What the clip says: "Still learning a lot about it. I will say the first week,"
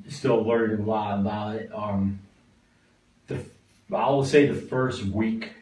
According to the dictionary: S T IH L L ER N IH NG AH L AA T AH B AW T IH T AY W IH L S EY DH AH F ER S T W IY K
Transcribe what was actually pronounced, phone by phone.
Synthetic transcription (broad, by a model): S T IH L L ER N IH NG L AA T AH B AW T IH T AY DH IH W S EY DH AH F ER S T W IY K